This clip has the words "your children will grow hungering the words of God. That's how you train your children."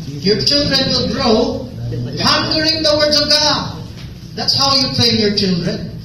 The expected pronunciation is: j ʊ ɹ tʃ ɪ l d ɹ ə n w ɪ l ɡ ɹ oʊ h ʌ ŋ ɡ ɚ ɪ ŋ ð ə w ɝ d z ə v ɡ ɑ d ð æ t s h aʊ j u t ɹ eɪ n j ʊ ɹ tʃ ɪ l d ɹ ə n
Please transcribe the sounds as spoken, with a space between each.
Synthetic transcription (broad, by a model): j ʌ ɹ tʃ ɪ l d ɹ ə n w ɪ l ɡ ɹ oʊ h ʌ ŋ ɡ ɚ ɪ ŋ ð ə w ɝ d z ə v ɡ ɑ d ð æ t s h aʊ j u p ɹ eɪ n j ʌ ɹ tʃ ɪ l d ɹ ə n